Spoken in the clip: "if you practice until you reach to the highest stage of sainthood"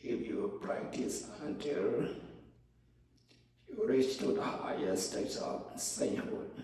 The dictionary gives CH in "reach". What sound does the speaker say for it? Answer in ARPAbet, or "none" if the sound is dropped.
S